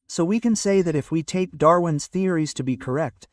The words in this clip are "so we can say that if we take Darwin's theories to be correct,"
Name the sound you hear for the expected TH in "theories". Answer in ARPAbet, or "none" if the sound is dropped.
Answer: TH